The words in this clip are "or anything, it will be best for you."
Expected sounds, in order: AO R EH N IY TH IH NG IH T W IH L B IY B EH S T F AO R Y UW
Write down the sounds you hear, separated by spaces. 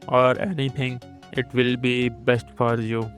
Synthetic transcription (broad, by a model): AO R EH N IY T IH NG IH T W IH L B IY B EH S T F AO R Y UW